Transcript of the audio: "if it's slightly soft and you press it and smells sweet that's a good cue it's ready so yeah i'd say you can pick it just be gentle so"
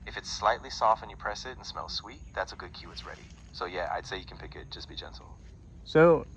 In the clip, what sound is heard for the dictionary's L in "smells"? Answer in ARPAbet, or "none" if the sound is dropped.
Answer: L